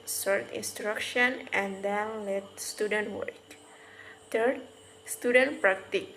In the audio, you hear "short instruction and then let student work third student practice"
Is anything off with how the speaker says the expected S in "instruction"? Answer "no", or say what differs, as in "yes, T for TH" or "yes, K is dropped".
no